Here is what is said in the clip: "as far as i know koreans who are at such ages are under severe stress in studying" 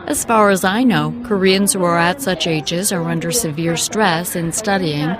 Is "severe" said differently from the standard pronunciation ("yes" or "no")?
no